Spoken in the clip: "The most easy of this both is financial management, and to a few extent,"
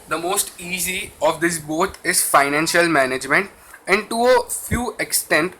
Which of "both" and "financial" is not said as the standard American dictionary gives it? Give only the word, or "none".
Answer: both